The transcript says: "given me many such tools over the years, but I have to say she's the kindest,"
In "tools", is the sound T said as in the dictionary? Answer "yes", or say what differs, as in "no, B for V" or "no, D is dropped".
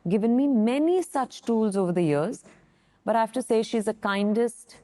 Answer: yes